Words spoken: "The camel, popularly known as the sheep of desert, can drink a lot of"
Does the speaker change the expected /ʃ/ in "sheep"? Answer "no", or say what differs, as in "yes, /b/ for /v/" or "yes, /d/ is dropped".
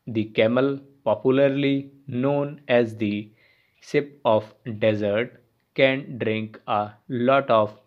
yes, /s/ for /ʃ/